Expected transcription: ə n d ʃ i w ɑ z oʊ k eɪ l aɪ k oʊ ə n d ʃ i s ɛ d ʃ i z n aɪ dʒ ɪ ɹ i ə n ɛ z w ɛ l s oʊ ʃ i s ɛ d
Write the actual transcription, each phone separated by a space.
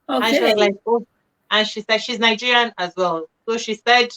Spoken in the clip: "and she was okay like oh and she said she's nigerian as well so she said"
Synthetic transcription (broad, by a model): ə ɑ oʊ l aɪ k oʊ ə n ʃ i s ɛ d ʃ i z n aɪ dʒ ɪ ɹ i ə n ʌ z w ɛ l s oʊ ʃ i s ɛ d